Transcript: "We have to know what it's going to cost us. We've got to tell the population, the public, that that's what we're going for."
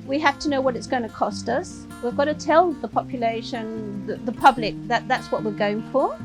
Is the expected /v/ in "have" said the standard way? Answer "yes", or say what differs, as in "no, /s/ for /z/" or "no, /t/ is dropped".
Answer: no, /f/ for /v/